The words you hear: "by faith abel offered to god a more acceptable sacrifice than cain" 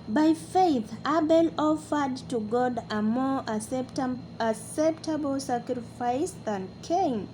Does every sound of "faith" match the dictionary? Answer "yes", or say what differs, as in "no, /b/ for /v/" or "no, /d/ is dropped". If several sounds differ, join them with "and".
yes